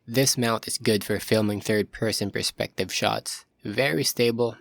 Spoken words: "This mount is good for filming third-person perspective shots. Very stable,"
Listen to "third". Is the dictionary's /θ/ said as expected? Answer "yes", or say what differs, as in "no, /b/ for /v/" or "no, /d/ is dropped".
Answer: yes